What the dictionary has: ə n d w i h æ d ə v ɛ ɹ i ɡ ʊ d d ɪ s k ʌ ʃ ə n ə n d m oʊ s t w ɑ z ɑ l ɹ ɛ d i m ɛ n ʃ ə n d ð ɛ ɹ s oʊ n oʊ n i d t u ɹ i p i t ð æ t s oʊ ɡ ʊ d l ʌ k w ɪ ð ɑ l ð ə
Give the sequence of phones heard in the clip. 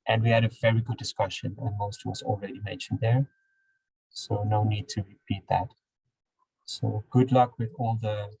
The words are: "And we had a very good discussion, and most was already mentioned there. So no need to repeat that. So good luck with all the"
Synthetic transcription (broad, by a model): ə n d w i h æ d ə v ɛ ɹ i ɡ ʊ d d ɪ s k ʌ ʃ ə n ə n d m oʊ s t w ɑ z ɑ l ɹ ɛ d i m ɛ n ʃ ə n d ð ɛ ɹ s oʊ n oʊ n i d t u ɹ i p i t ð æ t s oʊ ɡ ʊ d l ʌ k w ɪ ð ɑ l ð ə